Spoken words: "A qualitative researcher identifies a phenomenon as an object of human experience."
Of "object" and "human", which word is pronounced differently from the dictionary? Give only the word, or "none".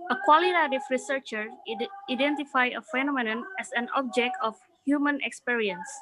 none